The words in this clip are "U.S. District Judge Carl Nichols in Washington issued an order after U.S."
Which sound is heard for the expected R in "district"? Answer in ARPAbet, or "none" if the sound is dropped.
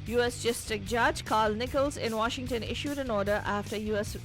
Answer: none